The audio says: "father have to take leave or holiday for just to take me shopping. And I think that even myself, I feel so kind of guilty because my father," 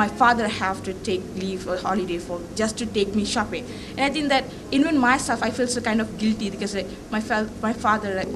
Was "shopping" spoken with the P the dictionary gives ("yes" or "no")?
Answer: yes